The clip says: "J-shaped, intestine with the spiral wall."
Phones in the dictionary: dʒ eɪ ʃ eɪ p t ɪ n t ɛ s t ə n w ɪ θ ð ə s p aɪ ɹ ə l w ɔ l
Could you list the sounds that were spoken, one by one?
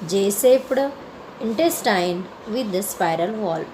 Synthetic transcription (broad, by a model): dʒ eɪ s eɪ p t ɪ n t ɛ s t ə n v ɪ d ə s p aɪ ɹ ə l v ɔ l